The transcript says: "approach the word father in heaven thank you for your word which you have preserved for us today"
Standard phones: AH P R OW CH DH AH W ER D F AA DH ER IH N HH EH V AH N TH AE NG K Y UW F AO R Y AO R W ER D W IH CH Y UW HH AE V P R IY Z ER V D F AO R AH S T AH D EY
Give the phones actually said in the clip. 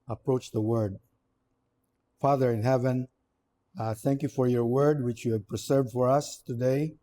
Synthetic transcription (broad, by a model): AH P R OW CH DH AH W ER D F AA DH ER IH N HH EH V AH N TH AE NG K Y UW F AO R Y AO R W ER D W IH CH Y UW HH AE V P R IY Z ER V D F AO R AH S T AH D EY